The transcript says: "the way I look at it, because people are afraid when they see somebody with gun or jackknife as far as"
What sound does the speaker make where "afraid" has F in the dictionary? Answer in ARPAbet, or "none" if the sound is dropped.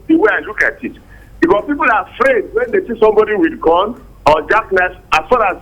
F